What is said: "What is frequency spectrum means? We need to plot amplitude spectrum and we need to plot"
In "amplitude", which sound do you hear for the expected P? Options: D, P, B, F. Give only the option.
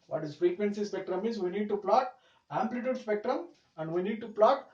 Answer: P